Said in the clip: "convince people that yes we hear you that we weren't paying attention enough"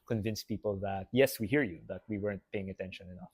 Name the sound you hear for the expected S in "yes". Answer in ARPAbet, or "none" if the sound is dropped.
S